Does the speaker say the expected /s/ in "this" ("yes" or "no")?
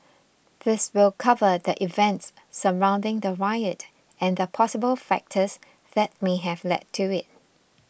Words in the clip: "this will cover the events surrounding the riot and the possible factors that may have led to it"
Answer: yes